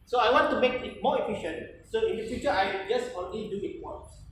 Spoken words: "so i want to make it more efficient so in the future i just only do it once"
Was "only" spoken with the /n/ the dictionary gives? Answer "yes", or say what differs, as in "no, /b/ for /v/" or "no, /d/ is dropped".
no, /n/ is dropped